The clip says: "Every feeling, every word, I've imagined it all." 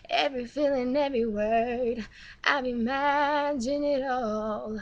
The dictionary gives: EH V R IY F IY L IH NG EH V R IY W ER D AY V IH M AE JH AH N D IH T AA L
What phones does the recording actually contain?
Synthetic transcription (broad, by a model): EH V R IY F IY L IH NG EH V R IY W ER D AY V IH M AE JH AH N IH T AA L